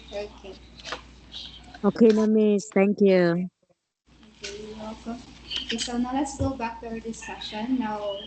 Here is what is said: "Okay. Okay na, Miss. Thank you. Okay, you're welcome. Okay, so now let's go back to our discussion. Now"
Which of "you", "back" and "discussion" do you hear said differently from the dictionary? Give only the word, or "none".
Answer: discussion